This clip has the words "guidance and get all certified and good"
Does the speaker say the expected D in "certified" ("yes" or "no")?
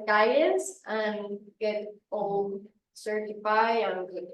no